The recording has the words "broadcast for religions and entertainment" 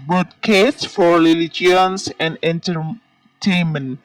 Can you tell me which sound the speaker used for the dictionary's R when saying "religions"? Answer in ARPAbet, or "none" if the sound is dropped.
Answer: L